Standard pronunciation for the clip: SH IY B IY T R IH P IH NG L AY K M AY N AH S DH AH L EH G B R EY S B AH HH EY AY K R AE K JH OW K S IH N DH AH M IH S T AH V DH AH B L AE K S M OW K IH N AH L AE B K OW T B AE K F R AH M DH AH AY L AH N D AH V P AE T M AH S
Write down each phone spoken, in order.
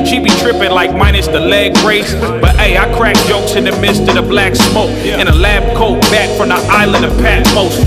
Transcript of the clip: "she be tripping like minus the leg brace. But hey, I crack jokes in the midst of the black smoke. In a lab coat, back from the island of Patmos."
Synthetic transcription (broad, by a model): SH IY B IY T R IH P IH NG L AY K M AY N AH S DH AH L EH G R EY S B AH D EY AY K R AE K JH OW K S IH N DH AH M IH S T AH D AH B L AE K S M OW K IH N AH L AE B K OW T B AE K F R AH M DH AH AY L AH N D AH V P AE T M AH S